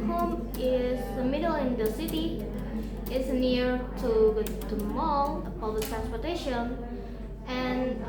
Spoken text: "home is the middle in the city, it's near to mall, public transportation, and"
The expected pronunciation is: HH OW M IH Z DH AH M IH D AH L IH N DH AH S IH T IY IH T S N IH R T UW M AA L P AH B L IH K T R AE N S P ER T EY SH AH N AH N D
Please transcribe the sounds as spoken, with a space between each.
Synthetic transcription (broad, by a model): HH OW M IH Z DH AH M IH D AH L IH N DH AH S IH T IY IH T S N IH R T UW M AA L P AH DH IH T R AE N S P ER T EY SH AH N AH N